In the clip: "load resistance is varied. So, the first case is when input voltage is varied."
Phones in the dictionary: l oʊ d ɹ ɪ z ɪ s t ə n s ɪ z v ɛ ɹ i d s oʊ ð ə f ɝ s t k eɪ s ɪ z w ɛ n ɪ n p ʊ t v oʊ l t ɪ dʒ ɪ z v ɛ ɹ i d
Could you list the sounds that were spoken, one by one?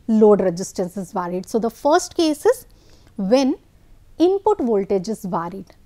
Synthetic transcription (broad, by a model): l oʊ d ɹ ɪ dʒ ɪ s t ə n s ɪ z v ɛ ɹ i d s oʊ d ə f ɝ s t k eɪ s ɪ z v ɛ n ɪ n p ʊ t v oʊ l t ɪ dʒ ɪ z v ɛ ɹ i d